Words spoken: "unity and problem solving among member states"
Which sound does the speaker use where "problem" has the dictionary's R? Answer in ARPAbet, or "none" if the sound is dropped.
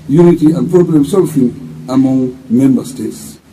none